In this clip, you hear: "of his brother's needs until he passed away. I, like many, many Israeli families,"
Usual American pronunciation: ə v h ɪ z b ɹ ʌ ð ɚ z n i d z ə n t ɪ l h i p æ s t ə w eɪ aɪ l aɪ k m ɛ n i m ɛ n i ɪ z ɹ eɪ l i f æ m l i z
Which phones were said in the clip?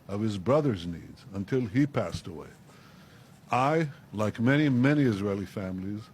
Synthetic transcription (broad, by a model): ə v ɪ z b ɹ ʌ ð ɚ z n i d z ə n t ɪ l i p æ s t ə w eɪ aɪ l aɪ k m ɛ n i m ɛ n i ɪ z ɹ eɪ l i f æ m l i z